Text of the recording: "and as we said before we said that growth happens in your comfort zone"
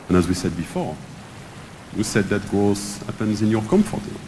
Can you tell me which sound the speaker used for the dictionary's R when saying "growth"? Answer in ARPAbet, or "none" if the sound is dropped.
none